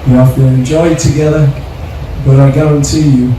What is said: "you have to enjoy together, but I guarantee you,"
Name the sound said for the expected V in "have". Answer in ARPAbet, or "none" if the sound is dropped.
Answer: F